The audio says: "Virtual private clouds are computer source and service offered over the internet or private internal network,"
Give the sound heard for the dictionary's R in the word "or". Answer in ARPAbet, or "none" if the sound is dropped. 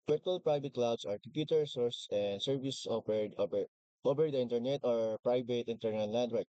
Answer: R